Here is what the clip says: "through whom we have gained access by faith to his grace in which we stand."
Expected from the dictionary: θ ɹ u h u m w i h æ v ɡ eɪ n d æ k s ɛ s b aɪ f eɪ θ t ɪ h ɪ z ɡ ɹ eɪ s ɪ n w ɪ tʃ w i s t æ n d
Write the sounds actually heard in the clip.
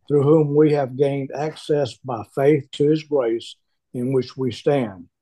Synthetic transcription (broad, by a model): θ ɹ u h u m w i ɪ v ɡ eɪ n d æ k s ɛ s b aɪ f eɪ θ t ɪ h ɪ z ɡ ɹ eɪ s ɪ n w ɪ tʃ w i s t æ n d